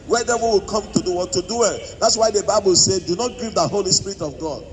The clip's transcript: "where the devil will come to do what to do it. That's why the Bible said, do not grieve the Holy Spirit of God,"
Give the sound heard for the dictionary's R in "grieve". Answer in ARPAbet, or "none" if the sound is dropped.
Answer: none